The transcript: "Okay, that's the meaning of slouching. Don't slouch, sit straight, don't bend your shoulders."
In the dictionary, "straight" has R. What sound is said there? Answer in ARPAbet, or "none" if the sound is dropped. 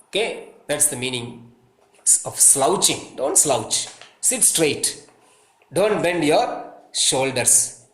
R